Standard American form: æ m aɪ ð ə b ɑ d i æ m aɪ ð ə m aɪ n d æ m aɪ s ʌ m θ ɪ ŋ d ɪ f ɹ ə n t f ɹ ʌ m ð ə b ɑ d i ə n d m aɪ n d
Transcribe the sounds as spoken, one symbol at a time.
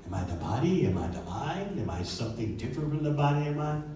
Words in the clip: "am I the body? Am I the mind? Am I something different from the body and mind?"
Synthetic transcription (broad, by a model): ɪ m aɪ ð ə b ɑ d i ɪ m aɪ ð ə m aɪ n ɪ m aɪ s ʌ m θ ɪ ŋ d ɪ f ɹ ə n t f ɹ ʌ m ð ə b ɑ d i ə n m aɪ